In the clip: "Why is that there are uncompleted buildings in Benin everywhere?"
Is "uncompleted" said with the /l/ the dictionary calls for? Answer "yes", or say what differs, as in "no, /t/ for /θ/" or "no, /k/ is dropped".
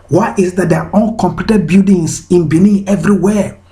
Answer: no, /l/ is dropped